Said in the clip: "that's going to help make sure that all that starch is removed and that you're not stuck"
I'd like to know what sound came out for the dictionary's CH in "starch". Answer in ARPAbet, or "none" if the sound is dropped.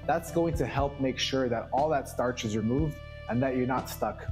CH